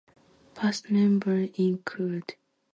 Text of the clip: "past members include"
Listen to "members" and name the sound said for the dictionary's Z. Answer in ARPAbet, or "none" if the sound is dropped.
none